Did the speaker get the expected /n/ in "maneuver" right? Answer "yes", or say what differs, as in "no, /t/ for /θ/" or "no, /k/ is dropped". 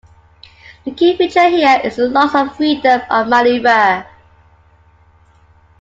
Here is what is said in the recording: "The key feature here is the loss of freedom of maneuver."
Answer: no, /l/ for /n/